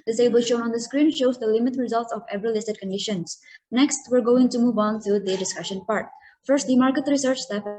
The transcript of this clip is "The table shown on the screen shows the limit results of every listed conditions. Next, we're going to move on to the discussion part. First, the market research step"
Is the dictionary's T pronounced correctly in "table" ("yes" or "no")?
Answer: no